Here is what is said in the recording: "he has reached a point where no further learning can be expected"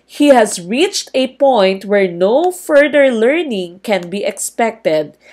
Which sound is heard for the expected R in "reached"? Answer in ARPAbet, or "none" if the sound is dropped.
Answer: R